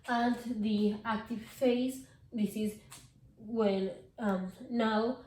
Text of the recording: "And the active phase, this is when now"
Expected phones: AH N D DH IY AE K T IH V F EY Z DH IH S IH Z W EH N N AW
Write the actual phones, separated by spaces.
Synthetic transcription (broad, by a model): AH N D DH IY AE K T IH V F EY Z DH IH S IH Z W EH L N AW